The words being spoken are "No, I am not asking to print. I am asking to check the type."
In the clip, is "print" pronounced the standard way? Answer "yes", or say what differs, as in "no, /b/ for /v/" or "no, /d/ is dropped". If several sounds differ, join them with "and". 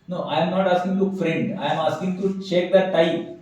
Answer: no, /f/ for /p/